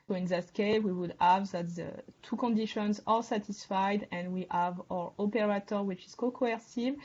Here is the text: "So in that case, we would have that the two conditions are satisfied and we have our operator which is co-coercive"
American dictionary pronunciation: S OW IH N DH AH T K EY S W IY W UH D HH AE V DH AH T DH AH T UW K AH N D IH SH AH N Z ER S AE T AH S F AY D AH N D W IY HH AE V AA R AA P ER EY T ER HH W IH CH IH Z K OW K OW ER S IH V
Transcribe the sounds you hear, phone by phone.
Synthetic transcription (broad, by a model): S OW IH N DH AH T K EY W IY W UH D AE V DH AH T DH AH T UW K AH N D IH SH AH N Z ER S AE T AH S F AY D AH N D W IY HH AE V AA R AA P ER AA T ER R W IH CH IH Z K OW K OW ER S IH V